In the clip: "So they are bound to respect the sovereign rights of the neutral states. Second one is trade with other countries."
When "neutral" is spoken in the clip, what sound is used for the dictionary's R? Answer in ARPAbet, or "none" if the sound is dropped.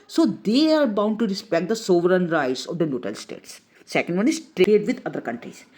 none